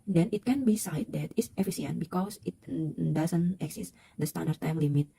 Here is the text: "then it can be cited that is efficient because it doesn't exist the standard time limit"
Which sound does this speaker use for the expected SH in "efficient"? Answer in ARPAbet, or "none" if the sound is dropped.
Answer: S